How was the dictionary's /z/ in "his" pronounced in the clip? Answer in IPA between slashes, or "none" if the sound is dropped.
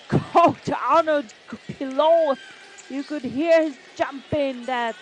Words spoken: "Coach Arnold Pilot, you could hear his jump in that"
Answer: /z/